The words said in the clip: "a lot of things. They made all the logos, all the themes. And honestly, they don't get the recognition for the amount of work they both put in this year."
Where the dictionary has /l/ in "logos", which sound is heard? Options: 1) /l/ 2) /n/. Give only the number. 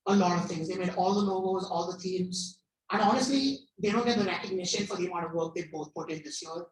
2